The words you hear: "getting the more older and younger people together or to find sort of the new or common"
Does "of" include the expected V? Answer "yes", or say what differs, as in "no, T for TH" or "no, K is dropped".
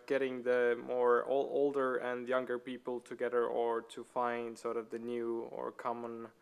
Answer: yes